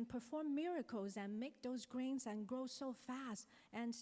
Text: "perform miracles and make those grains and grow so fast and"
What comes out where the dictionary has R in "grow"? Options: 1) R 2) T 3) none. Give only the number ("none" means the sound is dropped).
1